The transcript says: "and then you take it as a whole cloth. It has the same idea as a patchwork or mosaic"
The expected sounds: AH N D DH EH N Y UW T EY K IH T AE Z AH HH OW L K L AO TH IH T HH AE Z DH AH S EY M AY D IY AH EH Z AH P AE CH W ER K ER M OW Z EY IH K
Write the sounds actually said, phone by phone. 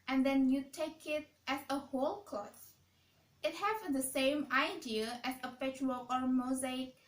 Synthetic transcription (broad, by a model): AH N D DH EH N Y UW T EY K IH T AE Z AH HH OW L K AO T IH T HH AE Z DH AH S EY M AY D IY AH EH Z AH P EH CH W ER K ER M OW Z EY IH K